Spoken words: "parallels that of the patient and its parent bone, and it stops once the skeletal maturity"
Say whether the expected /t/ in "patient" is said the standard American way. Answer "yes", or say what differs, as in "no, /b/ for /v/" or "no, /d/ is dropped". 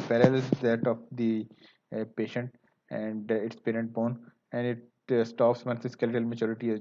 yes